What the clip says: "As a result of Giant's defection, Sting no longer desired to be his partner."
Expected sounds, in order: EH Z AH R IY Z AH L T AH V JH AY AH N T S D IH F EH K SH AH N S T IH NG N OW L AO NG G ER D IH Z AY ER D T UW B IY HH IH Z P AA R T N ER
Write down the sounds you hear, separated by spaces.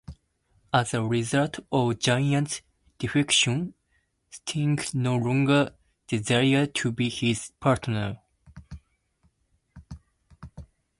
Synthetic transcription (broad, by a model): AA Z AH R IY Z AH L T AH V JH AY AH N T D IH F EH K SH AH N S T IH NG N OW L AO NG G ER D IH Z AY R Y T UW B IY HH IH Z P AA R T N ER